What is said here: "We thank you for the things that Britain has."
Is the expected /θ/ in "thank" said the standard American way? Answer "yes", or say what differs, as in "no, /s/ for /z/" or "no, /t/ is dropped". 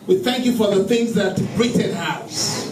yes